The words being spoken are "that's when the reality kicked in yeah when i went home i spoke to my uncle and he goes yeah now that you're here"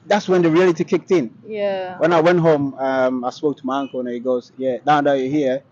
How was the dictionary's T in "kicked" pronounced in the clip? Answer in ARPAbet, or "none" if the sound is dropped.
T